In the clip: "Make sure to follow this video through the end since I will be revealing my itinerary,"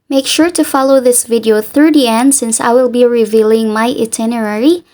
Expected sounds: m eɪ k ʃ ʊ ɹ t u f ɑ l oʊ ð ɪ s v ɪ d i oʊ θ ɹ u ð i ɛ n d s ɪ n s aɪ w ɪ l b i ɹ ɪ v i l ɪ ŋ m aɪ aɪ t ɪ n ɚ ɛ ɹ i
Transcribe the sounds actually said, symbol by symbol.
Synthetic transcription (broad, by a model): m eɪ k ʃ ʊ ɹ t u f ɑ l oʊ ð ɪ s v ɪ d i oʊ θ ɹ u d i ɛ n d s ɪ n s aɪ w ɪ l b i ɹ ɪ v i l ɪ ŋ m aɪ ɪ t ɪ n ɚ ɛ ɹ i